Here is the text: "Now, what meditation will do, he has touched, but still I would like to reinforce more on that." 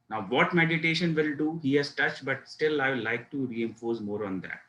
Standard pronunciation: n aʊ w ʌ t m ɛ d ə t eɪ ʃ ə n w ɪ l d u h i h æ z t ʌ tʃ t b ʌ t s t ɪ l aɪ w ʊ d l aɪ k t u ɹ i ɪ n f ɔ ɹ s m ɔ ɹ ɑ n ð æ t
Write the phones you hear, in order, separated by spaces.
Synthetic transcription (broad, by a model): n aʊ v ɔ t m ɛ d ə t eɪ ʃ ə n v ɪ l d u h i h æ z t ʌ tʃ t b ʌ t s t ɪ l aɪ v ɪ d l aɪ k t u ɹ i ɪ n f ɔ ɹ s m ɔ ɹ ɑ n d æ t